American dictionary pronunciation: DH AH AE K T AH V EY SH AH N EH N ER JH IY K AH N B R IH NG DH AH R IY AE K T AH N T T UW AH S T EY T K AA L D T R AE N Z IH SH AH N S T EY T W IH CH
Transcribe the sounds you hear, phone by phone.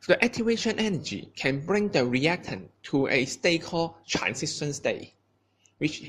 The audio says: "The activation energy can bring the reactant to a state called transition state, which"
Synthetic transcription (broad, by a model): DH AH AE T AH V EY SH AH N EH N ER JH IY K AH N B R IH NG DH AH R IY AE K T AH N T T UW AH S T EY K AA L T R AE N S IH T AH N S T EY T W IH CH